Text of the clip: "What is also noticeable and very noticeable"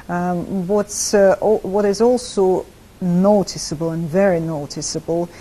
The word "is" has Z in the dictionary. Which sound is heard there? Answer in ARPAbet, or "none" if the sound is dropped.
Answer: Z